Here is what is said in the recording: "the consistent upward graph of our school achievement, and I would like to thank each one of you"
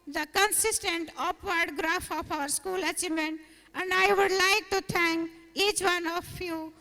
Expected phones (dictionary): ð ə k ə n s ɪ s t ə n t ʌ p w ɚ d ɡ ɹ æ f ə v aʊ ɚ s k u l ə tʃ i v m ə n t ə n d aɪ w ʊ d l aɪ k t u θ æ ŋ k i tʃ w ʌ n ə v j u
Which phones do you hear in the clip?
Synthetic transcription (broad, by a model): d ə k ə n s ɪ s t ə n t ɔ p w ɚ d ɡ ɹ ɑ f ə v aʊ ɚ s k u l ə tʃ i m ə n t ə n d aɪ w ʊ d l aɪ k t u t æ ŋ k i tʃ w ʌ n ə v j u